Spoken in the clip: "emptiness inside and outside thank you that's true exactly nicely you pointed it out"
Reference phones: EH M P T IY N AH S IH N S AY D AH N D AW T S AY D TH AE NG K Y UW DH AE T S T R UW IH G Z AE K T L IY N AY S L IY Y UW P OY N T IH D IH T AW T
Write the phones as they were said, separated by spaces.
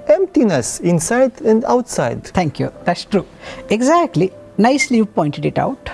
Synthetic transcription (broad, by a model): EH M P T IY N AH S IH N S AY D AH N D AW T S AY D T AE NG K Y UW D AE T S T R UW IH G Z AE K T L IY N AY S L IY Y UW P OY N T IH D IH T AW T